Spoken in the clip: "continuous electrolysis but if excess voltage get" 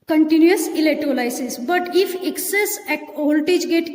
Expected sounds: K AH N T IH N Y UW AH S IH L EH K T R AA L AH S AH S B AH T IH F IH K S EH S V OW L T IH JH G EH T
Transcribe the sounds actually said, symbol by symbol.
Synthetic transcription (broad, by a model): K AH N T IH N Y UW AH S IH L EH T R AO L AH S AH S B AH T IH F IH K S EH S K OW L T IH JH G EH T